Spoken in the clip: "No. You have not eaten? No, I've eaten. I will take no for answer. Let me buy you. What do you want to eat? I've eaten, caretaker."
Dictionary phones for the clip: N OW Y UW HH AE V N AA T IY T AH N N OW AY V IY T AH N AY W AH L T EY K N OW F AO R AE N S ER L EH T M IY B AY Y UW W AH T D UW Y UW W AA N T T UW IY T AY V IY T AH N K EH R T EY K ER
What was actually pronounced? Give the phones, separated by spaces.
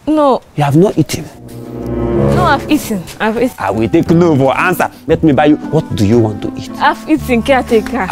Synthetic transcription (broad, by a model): N OW Y UW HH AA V N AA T IY T AH N N OW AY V IY T AH N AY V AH W T EY K N OW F AO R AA N S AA L EH T M IY B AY Y UW W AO T D UW Y UW W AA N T T UW IY T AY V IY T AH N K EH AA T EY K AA